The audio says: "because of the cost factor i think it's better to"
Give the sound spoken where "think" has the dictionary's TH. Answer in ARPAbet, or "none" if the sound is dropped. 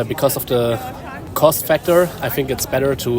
TH